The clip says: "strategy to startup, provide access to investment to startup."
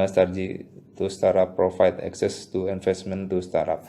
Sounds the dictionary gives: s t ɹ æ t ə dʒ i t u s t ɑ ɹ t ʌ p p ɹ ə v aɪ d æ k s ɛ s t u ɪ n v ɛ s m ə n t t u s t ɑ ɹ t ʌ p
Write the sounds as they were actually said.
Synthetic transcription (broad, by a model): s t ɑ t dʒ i t u s t ɑ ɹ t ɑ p p ɹ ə f aɪ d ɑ k s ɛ s t u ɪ n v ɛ s m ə n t t u s t ɑ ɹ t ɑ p